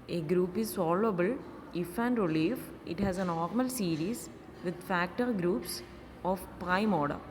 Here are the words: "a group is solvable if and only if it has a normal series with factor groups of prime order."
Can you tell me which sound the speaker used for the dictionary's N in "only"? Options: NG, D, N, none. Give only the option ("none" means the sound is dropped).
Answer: none